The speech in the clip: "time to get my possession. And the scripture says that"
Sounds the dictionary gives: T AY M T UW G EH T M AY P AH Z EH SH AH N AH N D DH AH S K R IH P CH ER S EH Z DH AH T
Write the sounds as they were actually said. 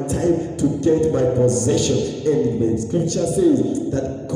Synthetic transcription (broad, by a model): T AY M T UW G EH T M AY P AH Z EH SH AH N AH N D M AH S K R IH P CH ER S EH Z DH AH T